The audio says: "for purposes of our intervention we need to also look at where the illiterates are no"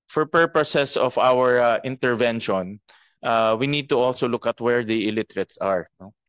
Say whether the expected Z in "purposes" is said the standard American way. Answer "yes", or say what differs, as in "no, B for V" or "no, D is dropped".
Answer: no, S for Z